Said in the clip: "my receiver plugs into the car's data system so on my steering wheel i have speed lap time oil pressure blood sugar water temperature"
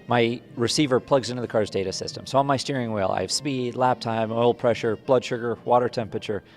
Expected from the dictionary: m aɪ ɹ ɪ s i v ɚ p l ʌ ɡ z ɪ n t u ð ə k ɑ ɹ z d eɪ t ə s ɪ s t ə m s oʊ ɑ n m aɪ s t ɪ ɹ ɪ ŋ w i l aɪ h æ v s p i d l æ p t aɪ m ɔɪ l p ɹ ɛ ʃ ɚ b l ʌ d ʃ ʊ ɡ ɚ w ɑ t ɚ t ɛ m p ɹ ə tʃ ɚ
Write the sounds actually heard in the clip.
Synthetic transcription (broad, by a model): m aɪ ɹ ɪ s i v ɚ p l ʌ ɡ z ɪ n t u ð ə k ɑ ɹ z d eɪ t ə s ɪ s t ə m s oʊ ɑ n m aɪ s t ɪ ɹ ɪ ŋ w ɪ l aɪ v s p i d l æ p t aɪ m ɔɪ l p ɹ ɛ ʃ ɚ b l ʌ d ʃ ʊ ɡ ɚ w ɑ t ɚ t ɛ m p ɹ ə tʃ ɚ